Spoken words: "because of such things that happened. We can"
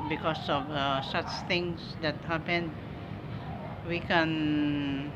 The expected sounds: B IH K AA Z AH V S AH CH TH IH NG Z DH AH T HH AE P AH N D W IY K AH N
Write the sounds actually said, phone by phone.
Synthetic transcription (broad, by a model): B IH K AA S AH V S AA CH T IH NG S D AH T HH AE P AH N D W IY K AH N